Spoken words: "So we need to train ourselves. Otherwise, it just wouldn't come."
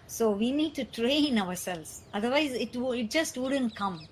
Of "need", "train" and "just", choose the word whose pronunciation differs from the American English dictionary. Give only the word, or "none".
none